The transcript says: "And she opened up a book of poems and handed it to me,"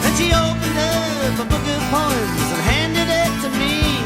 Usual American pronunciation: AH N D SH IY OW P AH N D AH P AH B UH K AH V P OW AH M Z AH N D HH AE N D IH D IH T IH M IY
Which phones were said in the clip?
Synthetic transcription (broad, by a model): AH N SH IY OW P AH N D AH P AH B UH K AH V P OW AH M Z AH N HH AE N D IH D IH T IH M IY